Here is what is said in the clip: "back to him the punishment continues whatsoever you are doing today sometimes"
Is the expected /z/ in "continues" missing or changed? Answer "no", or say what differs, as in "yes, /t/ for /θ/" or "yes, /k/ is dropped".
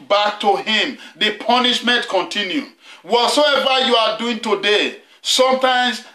yes, /z/ is dropped